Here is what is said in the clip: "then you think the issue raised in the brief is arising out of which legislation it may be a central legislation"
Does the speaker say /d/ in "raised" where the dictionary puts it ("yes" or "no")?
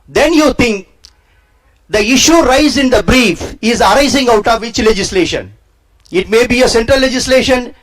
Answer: no